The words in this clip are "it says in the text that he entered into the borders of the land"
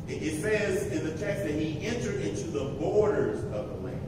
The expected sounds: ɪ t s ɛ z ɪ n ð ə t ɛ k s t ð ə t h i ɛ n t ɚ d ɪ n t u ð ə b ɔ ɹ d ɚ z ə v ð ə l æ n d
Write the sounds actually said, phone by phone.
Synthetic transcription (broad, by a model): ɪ t s ɛ z ɪ n ð ə t ɛ k s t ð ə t h i ɛ n t ɚ d ɪ n t u ð ə b ɔ ɹ d ɚ z ə v ð ə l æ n